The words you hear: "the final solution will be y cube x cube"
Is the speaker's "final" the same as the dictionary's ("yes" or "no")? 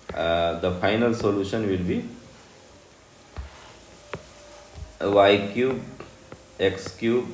yes